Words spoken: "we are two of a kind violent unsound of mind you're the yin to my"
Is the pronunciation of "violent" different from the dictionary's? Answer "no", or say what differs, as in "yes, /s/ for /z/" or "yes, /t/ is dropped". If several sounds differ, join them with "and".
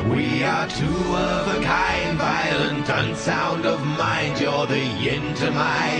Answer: no